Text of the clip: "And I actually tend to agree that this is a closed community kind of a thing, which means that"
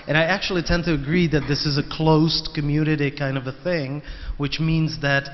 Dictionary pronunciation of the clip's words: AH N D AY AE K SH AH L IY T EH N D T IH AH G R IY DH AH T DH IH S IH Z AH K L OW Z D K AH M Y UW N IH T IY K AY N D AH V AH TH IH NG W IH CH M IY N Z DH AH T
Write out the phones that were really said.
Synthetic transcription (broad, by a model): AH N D AY AE K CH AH L IY T EH N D T IH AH G R IY DH AH T DH IH S IH Z AH K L OW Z K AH M Y UW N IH T IY K AY N D AH V AH TH IH NG W IH CH M IY N Z DH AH T